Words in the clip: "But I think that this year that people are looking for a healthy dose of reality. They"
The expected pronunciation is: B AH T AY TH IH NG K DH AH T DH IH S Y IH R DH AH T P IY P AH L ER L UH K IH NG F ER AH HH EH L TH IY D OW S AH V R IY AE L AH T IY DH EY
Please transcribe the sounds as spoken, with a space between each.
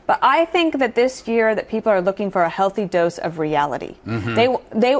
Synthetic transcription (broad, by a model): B AH T AY TH IH NG K DH AH T DH IH S Y IH R DH AH T P IY P L ER L UH K IH NG F ER AH HH EH L TH IY D OW S AH V R IY AE L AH T IY DH EY